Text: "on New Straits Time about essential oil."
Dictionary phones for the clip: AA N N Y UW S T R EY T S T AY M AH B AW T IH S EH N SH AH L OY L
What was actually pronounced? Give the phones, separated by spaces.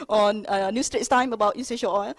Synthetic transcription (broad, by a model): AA N N Y UW S T R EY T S T AY M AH B AW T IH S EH SH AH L OY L